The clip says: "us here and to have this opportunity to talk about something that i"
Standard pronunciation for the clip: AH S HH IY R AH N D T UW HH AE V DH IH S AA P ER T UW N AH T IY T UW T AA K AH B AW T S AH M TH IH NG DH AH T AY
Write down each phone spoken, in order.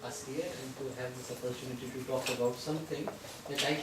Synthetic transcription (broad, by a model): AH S HH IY R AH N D T UW HH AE V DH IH S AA P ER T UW N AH T IY T UW T AA K AH B AW T S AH M T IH NG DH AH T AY